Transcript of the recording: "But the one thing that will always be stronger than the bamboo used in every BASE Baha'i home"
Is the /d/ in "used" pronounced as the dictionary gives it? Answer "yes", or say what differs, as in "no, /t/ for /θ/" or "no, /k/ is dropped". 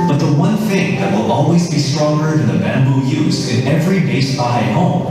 no, /d/ is dropped